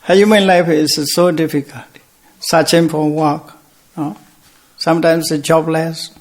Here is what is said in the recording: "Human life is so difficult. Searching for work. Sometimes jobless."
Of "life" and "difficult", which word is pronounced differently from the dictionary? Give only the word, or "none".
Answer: none